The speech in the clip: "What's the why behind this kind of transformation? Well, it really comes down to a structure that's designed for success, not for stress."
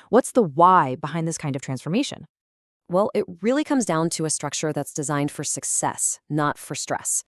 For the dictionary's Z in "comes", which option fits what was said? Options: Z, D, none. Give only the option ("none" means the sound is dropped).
Z